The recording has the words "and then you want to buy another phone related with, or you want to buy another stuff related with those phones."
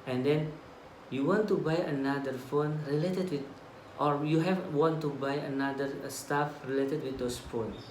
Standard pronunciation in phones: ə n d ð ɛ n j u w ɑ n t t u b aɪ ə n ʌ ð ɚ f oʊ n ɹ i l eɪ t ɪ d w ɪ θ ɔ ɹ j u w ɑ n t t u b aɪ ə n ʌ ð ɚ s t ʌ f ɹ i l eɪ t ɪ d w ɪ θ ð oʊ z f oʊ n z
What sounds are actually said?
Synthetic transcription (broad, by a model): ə n d ɛ n j u w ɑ n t t u b aɪ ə n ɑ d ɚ f oʊ n ɹ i l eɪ t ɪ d w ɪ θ ɔ ɹ j u w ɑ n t t u b aɪ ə n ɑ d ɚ s t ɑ f ɹ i l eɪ t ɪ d w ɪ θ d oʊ s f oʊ n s